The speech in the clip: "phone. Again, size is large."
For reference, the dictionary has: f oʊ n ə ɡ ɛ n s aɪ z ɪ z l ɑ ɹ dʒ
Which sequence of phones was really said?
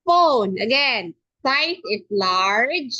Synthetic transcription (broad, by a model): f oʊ n ə ɡ ɛ n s aɪ s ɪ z l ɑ ɹ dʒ